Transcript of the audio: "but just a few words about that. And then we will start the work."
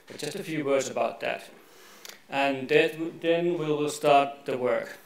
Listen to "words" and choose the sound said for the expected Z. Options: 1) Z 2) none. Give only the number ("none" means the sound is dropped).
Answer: 1